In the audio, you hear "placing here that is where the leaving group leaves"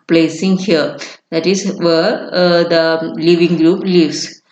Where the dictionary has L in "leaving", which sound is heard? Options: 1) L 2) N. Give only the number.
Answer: 1